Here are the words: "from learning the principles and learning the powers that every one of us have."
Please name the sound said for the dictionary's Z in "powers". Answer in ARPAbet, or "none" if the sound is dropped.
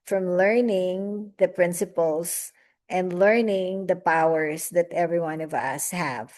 S